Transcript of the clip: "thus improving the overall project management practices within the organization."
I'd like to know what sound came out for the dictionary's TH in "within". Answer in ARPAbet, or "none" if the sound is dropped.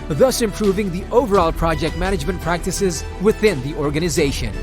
TH